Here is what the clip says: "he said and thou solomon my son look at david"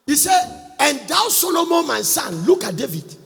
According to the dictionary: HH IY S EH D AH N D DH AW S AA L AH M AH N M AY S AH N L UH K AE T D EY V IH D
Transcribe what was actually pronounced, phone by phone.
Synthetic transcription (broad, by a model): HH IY S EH AH N D AW S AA L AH M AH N M AY S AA N L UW K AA T D EY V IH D